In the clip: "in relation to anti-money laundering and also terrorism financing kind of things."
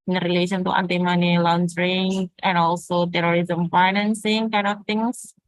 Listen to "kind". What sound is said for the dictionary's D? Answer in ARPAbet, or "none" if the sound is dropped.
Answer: none